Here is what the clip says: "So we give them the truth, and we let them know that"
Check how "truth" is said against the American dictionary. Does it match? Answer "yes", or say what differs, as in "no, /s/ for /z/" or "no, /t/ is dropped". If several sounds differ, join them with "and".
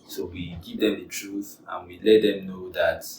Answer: yes